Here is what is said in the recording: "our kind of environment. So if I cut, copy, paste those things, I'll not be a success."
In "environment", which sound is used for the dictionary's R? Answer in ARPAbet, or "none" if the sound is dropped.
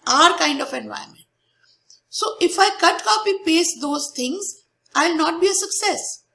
none